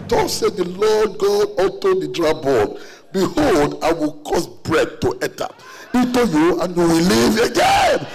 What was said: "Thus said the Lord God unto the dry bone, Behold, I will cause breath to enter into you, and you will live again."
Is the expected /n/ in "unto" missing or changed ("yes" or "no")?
yes